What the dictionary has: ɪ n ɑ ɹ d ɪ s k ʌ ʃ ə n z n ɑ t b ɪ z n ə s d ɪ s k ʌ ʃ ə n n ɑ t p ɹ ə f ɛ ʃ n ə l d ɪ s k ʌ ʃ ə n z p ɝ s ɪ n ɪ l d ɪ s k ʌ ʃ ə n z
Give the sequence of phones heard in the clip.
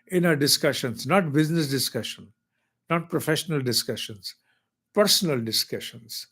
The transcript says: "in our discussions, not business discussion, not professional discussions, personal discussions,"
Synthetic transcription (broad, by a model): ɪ n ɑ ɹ d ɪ s k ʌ ʃ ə n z n ɑ t b ɪ z n ə s d ɪ s k ʌ ʃ ə n n ɑ t p ɹ ə f ɛ ʃ n ə l d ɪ s k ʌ ʃ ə n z p ɝ s ɪ n ɪ l d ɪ s k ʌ ʃ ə n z